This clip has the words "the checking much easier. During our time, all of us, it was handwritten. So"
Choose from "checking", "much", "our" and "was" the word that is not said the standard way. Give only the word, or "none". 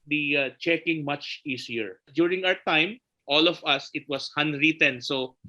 was